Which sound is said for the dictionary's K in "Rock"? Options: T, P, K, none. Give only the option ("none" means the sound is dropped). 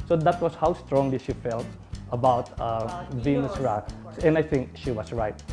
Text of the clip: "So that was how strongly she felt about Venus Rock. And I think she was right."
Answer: none